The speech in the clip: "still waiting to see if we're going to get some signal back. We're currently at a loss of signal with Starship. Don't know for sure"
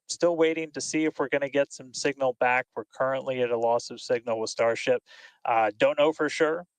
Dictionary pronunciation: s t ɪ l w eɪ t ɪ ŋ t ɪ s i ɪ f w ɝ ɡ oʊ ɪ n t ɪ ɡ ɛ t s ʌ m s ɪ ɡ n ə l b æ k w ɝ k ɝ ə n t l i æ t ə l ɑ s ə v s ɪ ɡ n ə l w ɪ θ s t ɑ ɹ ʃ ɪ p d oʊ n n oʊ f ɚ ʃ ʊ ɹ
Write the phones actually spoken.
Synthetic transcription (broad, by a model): s t ɪ l w eɪ t ɪ ŋ t ɪ s i ɪ f w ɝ ɡ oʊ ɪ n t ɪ ɡ ɛ t s ʌ m s ɪ ɡ n l b æ k w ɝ k ɝ ə n t l i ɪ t ə l ɑ s ə v s ɪ ɡ n l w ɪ s t ɑ ɹ ʃ ɪ p d oʊ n n oʊ f ɚ ʃ ʊ ɹ